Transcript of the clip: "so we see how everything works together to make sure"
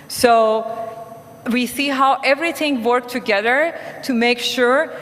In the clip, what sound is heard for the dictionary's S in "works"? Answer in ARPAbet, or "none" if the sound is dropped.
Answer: none